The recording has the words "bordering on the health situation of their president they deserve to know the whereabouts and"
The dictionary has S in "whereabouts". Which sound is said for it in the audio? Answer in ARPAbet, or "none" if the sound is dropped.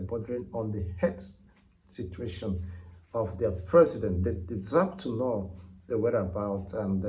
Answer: none